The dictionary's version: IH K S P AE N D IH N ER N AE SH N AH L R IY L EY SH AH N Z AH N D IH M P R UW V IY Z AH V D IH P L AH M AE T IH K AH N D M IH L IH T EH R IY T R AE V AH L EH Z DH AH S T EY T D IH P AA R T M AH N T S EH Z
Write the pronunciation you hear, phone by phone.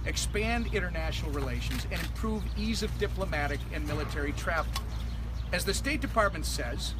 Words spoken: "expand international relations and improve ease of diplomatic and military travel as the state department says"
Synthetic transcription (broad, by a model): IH K S P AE N D IH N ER N AE SH N L R IY L EY SH AH N Z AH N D IH M P R UW V IY Z AH V D IH P L AH M AE T IH K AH N M IH L IH T EH R IY T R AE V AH Z DH AH S T EY T D IH P AA R T M AH N T S EH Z